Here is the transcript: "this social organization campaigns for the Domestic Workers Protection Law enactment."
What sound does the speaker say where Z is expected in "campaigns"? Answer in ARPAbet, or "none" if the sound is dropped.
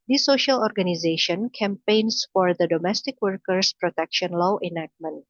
S